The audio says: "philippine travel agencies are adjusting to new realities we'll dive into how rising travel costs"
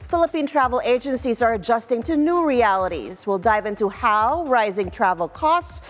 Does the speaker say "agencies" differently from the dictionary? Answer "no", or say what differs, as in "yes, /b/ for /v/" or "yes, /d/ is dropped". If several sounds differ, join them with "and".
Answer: no